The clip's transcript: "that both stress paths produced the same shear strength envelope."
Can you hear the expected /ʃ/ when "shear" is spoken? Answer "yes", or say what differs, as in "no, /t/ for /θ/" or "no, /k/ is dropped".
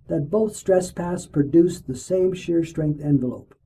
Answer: yes